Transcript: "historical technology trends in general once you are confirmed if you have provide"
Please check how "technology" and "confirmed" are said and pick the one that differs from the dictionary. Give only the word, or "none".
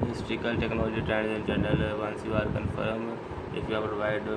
confirmed